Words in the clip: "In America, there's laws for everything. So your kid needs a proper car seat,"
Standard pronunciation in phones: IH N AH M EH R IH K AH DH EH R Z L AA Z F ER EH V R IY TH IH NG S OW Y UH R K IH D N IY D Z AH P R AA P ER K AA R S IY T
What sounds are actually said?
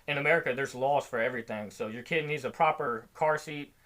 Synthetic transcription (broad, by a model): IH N AH M EH R IH K AH DH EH R Z L AA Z F ER EH V R IY TH IH NG S OW Y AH R K IH D N IY D Z AH P R AA P ER K AA R S IY T